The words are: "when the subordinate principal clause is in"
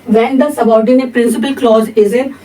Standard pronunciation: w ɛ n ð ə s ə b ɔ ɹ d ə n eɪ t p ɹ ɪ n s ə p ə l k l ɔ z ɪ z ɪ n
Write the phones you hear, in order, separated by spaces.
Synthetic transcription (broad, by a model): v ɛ n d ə s ə b ɔ ɹ d ə n eɪ t p ɹ ɪ n s ə p ə l k l ɔ z ɪ z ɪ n